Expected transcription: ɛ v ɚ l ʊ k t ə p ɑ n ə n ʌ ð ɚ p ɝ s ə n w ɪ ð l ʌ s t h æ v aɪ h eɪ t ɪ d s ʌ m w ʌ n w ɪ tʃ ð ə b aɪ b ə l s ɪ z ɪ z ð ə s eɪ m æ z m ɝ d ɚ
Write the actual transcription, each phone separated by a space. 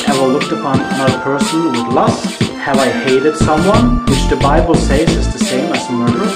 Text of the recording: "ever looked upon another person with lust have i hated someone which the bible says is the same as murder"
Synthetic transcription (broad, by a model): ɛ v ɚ l ʊ k t ə p ɑ n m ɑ ɪ p ɝ s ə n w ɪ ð l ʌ s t h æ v aɪ h eɪ t ɪ d s ʌ m w ʌ n w ɪ tʃ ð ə b aɪ b ə l s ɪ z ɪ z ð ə s eɪ m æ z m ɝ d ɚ